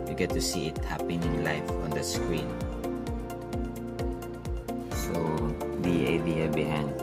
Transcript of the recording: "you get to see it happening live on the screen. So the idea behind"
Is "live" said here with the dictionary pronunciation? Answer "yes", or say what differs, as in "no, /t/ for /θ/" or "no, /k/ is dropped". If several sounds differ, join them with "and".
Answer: no, /f/ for /v/